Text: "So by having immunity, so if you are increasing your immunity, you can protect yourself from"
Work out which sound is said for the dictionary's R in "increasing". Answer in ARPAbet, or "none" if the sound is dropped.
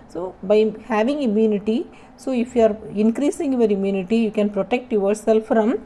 R